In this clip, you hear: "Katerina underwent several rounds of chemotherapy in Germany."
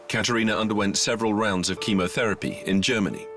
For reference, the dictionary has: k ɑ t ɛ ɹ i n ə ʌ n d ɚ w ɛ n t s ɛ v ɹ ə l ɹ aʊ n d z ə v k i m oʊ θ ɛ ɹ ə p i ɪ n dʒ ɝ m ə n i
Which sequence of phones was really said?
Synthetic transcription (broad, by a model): k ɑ t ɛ ɹ i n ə ʌ n d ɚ w ɛ n t s ɛ v ɹ ə l ɹ aʊ n d z ə v k i m oʊ θ ɛ ɹ ə p i ɪ n dʒ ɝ m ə n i